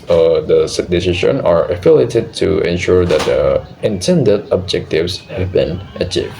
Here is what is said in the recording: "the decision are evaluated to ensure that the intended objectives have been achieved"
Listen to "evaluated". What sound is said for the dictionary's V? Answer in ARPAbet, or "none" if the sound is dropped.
F